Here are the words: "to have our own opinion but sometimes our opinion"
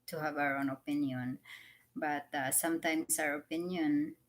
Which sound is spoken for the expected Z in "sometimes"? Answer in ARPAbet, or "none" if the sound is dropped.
S